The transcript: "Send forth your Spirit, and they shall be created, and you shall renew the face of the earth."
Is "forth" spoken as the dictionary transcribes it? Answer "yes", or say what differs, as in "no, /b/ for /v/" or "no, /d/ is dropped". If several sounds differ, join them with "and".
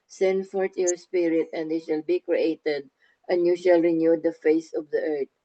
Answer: no, /t/ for /θ/